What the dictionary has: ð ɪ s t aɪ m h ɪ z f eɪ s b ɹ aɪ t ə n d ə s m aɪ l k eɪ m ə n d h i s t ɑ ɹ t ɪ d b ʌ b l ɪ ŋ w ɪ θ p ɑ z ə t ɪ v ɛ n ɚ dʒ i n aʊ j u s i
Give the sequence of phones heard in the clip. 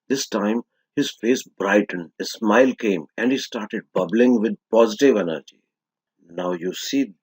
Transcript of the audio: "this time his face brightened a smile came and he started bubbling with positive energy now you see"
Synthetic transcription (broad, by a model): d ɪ s t aɪ m h ɪ z f eɪ s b ɹ aɪ t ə n ə s m aɪ l k eɪ m ə n d h i s t ɑ ɹ t ɪ d b ʌ b l ɪ ŋ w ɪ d p ɑ z ə t ɪ v ɛ n ɚ dʒ i n aʊ j u s i